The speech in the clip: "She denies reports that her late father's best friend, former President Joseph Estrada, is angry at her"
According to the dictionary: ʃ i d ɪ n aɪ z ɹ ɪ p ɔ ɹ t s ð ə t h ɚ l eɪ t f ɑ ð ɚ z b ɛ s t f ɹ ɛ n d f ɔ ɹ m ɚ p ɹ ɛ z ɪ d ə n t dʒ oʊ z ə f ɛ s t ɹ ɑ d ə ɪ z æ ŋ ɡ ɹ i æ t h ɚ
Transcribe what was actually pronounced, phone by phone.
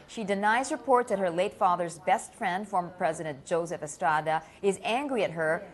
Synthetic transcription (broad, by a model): ʃ i d ɪ n aɪ z ɹ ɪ p ɔ ɹ t ð ə t h ɚ l eɪ t f ɑ ð ɚ z b ɛ s t f ɹ ɛ n d f ɔ ɹ m ɚ p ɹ ɛ z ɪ d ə n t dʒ oʊ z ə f ɛ s t ɹ ɑ d ə ɪ z æ ŋ ɡ ɹ i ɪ t h ɚ